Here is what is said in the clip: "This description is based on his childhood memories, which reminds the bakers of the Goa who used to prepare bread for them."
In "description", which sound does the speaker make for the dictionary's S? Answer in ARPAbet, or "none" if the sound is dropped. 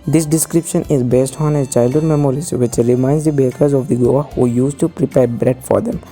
S